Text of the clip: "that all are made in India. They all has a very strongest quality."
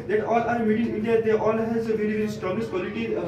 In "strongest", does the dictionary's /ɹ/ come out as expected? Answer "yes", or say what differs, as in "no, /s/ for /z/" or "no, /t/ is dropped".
no, /ɹ/ is dropped